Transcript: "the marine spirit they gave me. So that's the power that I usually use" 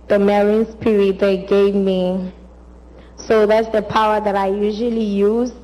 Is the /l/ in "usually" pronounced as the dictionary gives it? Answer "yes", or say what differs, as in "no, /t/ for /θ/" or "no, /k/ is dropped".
yes